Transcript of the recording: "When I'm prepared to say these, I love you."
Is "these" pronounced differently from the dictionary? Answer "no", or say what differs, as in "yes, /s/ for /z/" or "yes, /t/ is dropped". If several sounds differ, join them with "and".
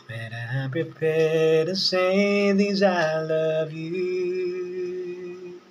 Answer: no